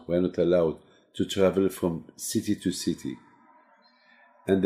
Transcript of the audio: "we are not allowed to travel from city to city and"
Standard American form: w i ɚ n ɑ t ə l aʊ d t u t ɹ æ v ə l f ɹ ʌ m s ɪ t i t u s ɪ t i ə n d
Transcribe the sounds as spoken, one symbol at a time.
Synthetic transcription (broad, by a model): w ɚ n ɑ t ə l aʊ d t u t ɹ æ v ə l f ɹ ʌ m s ɪ t i t u s ɪ t i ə n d